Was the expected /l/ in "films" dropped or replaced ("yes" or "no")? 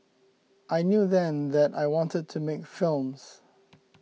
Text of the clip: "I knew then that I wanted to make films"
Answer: no